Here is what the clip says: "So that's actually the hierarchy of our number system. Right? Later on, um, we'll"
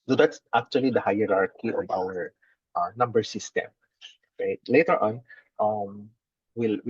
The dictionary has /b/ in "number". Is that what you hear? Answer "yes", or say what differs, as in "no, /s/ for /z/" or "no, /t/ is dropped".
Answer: yes